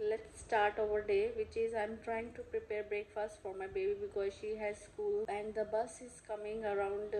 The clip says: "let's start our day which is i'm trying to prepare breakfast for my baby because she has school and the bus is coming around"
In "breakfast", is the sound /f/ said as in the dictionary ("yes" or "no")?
yes